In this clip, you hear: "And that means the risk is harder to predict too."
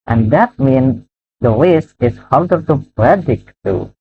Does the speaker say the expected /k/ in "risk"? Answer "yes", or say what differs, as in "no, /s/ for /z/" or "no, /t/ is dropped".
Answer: no, /k/ is dropped